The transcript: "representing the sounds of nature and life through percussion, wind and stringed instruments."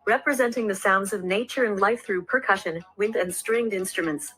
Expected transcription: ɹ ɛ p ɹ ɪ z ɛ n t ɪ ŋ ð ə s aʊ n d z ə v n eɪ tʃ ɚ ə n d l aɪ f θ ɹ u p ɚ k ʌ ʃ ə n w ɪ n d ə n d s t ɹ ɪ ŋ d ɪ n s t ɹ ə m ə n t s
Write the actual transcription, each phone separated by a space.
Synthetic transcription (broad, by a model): ɹ ɛ p ɹ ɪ z ɛ n t ɪ ŋ ð ə s aʊ n d z ə v n eɪ tʃ ɚ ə n l aɪ f θ ɹ u p ɚ k ʌ ʃ ə n w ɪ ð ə n s t ɹ ɪ ŋ d ɪ n s t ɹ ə m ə n t s